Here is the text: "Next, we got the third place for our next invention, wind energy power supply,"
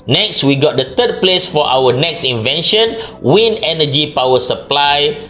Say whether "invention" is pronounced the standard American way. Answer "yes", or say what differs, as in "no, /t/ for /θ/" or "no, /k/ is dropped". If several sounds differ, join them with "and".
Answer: yes